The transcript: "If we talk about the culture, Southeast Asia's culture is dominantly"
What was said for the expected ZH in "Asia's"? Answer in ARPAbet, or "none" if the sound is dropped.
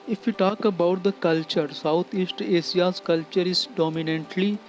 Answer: S